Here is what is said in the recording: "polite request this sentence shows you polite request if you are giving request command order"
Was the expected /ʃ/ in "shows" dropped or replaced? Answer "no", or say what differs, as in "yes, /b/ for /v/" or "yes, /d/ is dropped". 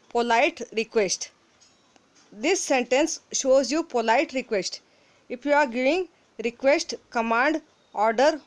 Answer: no